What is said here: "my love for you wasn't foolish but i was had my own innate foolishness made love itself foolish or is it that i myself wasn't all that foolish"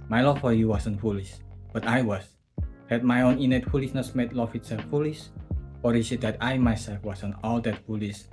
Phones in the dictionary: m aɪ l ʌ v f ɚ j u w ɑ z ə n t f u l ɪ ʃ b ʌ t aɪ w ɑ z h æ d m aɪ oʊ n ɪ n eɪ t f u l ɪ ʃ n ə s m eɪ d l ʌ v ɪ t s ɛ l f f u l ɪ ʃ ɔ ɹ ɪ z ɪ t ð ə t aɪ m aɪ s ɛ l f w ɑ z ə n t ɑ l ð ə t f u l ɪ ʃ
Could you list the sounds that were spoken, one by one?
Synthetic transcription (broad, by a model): m aɪ l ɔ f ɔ j u w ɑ s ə n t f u l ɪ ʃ b ʌ t aɪ w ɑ s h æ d m aɪ oʊ n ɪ n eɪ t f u l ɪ s n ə s m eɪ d l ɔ f ɪ t s ɛ l f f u l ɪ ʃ ɔ ɹ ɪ s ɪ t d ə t aɪ m aɪ s ɛ l f w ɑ s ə n ɑ l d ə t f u l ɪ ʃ